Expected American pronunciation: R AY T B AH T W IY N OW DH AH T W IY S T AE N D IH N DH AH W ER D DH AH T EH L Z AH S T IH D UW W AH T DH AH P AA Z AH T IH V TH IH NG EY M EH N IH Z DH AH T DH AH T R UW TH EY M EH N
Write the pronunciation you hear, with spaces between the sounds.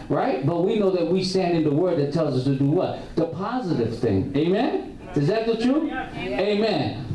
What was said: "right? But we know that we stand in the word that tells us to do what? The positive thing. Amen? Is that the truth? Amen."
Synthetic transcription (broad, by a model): R AY T B AH T W IY N OW DH AH T W IY S T AE N D IH N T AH W ER D DH AH T EH L Z AH S T IH D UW W AH T DH AH P AA Z AH T IH V TH IH NG EY M EH N IH Z DH AH T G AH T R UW EY M EH N